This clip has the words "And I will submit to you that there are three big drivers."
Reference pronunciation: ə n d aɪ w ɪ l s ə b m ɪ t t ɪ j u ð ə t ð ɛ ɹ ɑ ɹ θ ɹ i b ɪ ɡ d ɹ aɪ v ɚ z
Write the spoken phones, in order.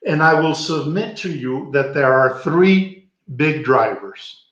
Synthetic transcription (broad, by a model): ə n aɪ w ɪ l s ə b m ɪ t t ɪ j u ð ə t ð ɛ ɹ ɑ ɹ θ ɹ i b ɪ ɡ d ɹ aɪ v ɚ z